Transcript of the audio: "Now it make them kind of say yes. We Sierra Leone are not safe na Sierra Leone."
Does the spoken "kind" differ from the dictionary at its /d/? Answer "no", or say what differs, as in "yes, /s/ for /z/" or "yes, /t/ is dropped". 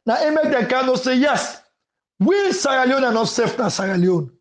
yes, /d/ is dropped